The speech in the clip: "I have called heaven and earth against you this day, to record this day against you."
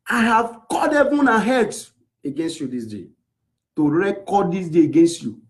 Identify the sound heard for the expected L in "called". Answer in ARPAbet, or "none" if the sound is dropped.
none